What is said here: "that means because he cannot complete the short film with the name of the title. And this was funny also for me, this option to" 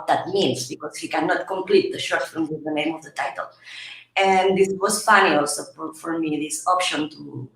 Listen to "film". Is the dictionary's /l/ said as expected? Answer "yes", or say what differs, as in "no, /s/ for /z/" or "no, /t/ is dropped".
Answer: no, /l/ is dropped